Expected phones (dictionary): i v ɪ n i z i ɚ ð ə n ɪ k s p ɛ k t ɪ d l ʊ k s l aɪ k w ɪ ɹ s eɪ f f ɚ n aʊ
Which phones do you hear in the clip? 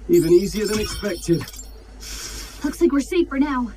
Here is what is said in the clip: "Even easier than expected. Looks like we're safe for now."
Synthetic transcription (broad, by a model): i v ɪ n i z i ɚ ð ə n ɪ k s p ɛ k t ɪ d l ʊ k s l aɪ k w ɪ ɹ s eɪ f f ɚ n aʊ